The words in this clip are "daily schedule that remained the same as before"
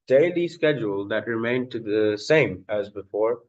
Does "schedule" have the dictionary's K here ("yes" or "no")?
yes